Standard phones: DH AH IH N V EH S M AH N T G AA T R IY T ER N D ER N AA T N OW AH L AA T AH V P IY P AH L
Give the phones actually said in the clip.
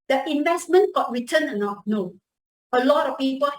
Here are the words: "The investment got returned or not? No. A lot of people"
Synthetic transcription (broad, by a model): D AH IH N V EH S M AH N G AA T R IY T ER N ER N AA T N OW AH L AA T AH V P IY P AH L